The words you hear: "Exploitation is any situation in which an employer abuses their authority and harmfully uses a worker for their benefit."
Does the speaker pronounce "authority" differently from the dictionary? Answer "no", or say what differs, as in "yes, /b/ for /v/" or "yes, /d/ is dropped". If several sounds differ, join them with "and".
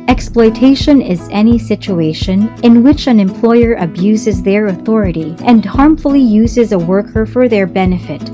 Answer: no